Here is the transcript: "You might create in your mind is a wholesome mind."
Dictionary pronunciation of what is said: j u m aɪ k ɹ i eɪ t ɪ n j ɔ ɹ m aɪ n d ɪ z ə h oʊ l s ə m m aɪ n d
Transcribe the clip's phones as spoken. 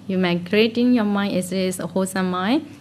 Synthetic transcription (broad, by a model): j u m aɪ k ɹ i eɪ t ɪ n j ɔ m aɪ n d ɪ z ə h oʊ s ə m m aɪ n